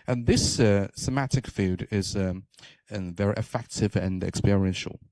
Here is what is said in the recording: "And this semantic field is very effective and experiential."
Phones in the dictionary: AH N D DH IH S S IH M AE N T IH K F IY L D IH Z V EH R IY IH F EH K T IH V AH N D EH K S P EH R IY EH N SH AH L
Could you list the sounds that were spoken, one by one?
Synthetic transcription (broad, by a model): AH N DH IH S S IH M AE T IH K F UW D IH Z V EH R IY IH F EH K T IH V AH N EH K S P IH R IY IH N SH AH L